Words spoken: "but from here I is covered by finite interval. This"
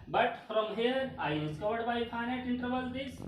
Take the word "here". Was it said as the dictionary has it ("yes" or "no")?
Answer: yes